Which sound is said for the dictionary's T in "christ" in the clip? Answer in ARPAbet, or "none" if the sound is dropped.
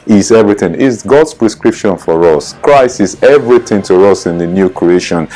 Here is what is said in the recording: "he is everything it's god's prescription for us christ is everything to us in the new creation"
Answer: none